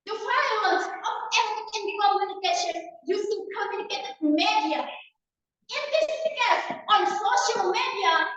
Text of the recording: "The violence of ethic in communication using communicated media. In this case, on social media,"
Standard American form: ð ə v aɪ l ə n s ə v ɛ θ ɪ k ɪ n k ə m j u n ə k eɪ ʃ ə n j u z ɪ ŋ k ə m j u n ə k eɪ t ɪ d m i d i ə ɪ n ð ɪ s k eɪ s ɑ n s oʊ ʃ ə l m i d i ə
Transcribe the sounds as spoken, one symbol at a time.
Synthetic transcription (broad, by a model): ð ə f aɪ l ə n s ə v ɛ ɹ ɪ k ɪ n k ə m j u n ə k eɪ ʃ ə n j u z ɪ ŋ k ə m j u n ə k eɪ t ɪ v m i d i ə ɪ n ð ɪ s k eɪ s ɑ n s oʊ ʃ ə l m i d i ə